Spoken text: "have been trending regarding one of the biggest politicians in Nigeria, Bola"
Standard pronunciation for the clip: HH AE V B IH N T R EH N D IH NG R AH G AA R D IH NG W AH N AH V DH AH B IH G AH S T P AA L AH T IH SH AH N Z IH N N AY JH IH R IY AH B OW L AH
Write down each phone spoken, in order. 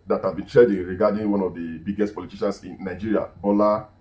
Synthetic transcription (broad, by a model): HH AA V B IH N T R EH D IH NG R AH G AA D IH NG W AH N AH V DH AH B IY G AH S T P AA L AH T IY SH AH N S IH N N AY JH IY R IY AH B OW L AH